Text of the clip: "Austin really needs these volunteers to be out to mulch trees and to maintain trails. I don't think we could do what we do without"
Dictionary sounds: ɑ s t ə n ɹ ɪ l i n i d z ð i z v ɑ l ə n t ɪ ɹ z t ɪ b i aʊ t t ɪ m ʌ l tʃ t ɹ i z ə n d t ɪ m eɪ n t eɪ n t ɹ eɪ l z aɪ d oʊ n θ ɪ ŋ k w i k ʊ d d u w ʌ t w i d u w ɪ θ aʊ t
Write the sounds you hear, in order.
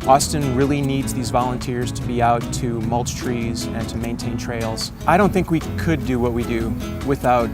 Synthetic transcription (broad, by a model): ɑ s t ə n ɹ ɪ l i n i d z ð i z v ɑ l ə n t ɪ ɹ z t ɪ b i aʊ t t ɪ m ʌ l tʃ t ɹ i z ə n t ɪ m eɪ n t eɪ n t ɹ eɪ l z aɪ d oʊ n θ ɪ ŋ k w i k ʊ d d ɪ w ʌ t w i d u w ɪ θ aʊ t